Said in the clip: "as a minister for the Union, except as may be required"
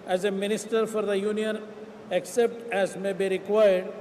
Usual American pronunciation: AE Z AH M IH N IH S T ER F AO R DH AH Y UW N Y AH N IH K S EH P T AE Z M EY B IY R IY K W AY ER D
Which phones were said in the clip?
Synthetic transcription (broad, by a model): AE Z AH M IH N IH S T ER F AO R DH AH Y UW N Y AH N IH K S EH P T AE Z M EY B IY R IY K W AY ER D